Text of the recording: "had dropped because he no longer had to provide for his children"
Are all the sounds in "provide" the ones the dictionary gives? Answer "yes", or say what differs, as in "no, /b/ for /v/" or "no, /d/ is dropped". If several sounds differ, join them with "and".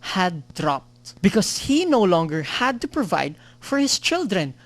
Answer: yes